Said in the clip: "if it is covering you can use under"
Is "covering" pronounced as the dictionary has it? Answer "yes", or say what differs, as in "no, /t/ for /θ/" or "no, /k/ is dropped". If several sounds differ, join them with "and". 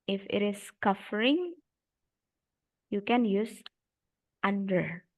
no, /f/ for /v/